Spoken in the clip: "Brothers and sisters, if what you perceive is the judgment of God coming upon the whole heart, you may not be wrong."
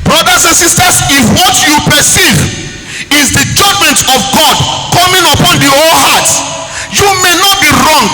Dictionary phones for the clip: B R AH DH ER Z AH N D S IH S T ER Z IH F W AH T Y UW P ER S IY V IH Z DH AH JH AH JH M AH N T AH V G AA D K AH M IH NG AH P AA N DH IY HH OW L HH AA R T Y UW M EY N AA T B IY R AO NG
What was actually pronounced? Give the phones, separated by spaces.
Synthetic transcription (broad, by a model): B R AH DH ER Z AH N S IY S T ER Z IH F W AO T Y UW P ER S IY V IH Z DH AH JH AH JH M AH N T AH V G AA D K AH M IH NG AH P AA N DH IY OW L HH AA T Y UW M EY N AA T B IY R AO NG